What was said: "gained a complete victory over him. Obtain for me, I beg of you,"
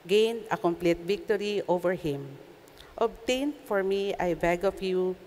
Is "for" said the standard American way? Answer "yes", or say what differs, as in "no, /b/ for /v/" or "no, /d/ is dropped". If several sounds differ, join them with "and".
yes